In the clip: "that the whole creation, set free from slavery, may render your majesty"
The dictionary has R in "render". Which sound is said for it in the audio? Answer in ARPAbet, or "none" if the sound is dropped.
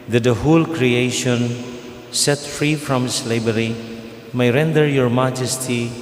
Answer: R